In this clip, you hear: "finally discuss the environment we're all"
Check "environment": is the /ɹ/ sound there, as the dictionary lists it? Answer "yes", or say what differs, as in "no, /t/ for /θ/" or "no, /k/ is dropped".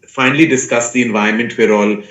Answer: no, /ɹ/ is dropped